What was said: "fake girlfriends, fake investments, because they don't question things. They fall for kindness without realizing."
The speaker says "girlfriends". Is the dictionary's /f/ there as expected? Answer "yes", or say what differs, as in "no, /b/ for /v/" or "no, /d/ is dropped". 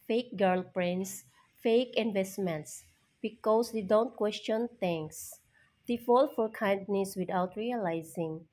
no, /p/ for /f/